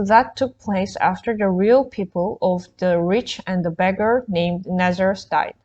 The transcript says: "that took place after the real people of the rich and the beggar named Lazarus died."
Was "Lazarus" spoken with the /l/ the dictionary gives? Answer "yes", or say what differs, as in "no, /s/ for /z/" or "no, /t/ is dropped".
no, /n/ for /l/